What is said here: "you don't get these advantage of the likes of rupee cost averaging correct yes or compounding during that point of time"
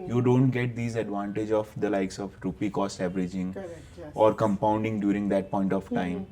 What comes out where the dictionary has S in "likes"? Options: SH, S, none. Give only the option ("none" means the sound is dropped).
S